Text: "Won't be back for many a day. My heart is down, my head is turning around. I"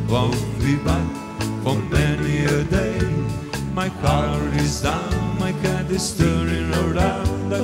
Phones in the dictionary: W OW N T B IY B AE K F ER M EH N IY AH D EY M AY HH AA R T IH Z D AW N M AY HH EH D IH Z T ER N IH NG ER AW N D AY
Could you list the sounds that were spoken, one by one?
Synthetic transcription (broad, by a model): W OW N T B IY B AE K F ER M EH N IY AH D EY M AY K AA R IH Z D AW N M AY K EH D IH S T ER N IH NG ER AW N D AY